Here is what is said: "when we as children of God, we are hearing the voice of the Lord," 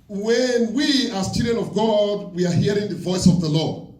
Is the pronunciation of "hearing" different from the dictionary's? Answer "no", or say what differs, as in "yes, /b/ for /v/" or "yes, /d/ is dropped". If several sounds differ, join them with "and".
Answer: no